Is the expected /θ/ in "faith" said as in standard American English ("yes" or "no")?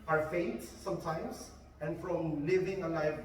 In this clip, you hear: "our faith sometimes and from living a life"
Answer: no